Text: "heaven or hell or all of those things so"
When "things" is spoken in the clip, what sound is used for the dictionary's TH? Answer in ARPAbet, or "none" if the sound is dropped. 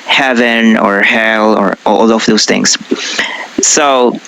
TH